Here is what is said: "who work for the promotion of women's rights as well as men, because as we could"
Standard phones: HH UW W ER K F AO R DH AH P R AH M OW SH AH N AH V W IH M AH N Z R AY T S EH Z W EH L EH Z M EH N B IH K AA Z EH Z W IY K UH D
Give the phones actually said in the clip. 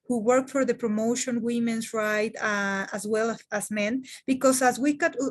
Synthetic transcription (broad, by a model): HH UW W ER K F AO R DH AH P R AH M OW SH AH N W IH M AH N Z R AY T AA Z W EH L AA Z M EH N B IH K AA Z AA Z W IY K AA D